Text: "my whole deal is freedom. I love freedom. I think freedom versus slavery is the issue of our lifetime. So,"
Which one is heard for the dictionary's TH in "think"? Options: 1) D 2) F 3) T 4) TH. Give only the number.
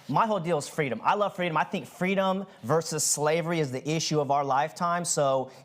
4